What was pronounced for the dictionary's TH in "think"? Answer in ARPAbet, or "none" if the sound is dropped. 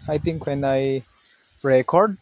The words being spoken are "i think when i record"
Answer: T